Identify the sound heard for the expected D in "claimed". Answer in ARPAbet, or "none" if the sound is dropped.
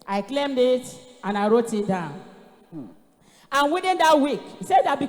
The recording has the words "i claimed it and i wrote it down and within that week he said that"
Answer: D